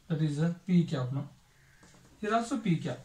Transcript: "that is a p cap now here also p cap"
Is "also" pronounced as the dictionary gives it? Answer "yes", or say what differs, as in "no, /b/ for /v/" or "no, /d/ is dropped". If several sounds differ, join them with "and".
no, /l/ is dropped